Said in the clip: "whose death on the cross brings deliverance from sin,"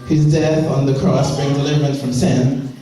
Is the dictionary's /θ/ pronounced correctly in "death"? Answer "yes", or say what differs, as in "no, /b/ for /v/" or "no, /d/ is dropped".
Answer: yes